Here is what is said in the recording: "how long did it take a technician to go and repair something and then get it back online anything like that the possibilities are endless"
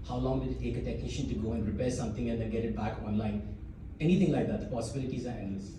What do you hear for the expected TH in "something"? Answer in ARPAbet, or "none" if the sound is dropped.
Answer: T